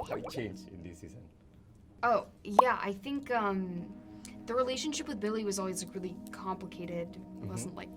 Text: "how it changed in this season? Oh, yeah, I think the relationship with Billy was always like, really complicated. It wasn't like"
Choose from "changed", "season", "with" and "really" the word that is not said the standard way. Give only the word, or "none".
changed